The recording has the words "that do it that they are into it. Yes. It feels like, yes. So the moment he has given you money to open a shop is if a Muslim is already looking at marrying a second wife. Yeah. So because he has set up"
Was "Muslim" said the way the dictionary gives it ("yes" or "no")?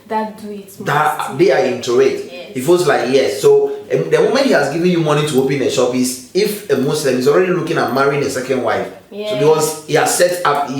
no